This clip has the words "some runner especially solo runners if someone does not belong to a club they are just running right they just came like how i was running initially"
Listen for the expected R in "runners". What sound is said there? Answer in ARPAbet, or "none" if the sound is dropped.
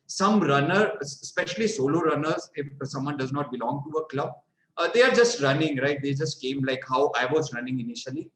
R